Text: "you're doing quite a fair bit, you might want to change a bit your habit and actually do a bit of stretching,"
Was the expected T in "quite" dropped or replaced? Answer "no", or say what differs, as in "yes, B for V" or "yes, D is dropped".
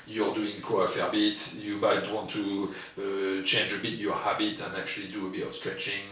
yes, T is dropped